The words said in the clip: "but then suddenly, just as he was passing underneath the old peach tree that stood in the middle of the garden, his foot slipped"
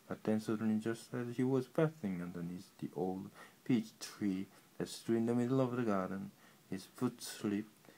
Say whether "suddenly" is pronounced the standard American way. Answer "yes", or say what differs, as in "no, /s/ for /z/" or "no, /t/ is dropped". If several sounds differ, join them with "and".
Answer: no, /l/ is dropped